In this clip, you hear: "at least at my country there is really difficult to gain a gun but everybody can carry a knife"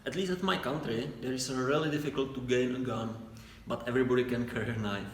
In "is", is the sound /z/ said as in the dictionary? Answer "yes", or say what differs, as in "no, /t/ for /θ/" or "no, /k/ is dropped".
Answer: no, /s/ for /z/